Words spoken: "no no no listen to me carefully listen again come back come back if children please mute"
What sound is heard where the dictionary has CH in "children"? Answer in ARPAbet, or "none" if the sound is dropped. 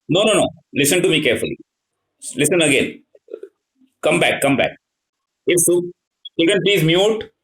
S